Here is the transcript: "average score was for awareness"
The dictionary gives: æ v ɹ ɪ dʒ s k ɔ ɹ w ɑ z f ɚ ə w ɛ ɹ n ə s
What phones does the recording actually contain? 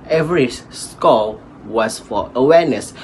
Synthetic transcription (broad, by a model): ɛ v ɹ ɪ s k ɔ l w ɑ s f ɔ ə w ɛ n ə s